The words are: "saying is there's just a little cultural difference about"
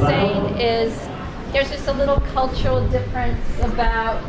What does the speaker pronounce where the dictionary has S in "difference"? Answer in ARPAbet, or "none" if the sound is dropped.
S